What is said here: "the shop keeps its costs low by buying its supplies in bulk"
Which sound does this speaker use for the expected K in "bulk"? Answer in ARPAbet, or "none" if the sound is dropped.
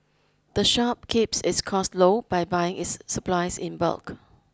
K